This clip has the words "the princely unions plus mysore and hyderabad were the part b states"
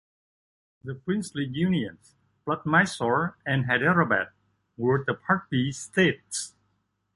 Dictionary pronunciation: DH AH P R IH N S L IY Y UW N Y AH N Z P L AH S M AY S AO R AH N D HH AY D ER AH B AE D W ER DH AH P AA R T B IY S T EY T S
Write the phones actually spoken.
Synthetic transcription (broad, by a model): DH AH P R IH N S L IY Y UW N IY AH N S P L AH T M AY S AO R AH N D HH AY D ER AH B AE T W ER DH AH P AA R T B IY S T EY T S